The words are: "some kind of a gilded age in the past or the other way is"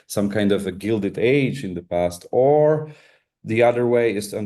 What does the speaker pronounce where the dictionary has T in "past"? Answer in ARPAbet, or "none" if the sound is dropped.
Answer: T